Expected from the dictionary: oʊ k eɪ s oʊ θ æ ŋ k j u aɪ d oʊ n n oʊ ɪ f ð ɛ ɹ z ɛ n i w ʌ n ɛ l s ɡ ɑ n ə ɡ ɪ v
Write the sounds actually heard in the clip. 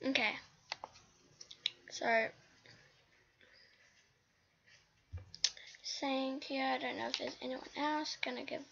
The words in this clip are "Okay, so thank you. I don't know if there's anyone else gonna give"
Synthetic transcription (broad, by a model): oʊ k eɪ s oʊ s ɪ ŋ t j u aɪ d oʊ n n oʊ ɪ f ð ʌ ɹ z ɛ n i w ʌ n ɛ l s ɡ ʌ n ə ɡ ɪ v